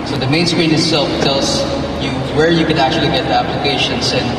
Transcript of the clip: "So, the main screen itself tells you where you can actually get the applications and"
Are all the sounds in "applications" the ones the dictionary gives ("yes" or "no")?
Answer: no